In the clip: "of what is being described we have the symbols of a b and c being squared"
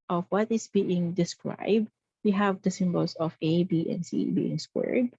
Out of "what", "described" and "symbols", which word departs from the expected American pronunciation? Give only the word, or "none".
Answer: symbols